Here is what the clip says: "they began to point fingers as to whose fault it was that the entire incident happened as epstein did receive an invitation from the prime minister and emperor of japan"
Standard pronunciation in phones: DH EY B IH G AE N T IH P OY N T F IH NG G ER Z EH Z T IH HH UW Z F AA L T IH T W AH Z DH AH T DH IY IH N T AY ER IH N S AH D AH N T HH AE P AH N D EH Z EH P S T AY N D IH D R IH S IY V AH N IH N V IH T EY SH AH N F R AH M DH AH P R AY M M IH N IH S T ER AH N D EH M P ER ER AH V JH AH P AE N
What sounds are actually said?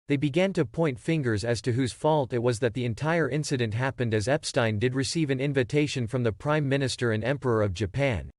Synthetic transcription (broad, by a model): DH EY B IH G AE N T IH P OY N T F IH NG G ER Z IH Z T IH HH UW Z F AA L T IH T W AH Z DH AH T DH IY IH N T AY ER IH N S AH D AH N T HH AE P AH N D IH Z EH P S T AY N D IH D R IH S IY V AH N IH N V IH T EY SH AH N F R AH M DH AH P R AY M M IH N IH S T ER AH N EH M P ER ER AH V JH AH P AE N